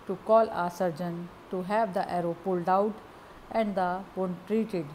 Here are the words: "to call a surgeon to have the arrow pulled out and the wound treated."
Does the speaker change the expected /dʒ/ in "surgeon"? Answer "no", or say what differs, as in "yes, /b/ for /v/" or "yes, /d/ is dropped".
no